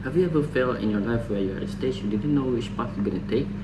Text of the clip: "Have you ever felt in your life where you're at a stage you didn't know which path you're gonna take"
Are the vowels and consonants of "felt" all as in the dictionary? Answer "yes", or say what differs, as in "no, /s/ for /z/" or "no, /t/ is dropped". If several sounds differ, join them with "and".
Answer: no, /t/ is dropped